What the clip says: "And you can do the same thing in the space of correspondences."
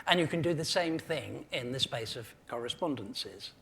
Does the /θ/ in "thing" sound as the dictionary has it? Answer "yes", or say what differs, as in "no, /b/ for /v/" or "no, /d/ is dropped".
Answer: yes